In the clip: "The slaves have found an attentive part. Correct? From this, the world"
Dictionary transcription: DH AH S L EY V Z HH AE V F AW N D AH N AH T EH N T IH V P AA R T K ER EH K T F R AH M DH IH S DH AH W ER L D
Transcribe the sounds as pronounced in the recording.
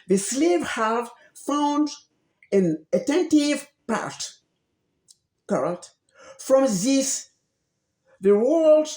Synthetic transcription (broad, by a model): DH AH S L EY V HH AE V F AW N D AH N AH T EH N T IH V P AA R T K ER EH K T F R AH M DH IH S DH AH W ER L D